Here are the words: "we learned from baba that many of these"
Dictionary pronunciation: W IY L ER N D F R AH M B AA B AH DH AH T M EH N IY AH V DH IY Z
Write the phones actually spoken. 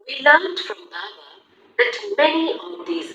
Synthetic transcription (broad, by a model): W IY L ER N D F R AH M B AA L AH DH AH T M EH N IY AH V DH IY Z